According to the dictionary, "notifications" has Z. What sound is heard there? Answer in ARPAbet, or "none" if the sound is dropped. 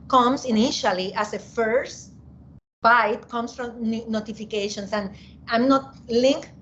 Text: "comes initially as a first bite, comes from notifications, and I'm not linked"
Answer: S